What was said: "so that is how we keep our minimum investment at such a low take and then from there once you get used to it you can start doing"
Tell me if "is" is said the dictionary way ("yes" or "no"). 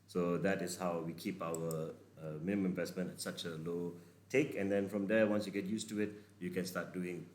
no